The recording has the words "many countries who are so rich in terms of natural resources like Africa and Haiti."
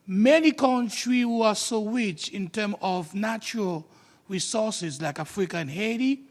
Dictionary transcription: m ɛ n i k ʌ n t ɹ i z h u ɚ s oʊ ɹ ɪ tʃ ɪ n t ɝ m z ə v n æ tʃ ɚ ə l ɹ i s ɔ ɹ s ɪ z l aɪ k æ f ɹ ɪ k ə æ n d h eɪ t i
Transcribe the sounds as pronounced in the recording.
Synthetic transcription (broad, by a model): m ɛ n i k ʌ n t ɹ i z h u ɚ s oʊ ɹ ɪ tʃ ɪ n t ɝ m ə v n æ tʃ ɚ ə l ɹ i s ɔ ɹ s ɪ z l aɪ k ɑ f ɹ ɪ k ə n h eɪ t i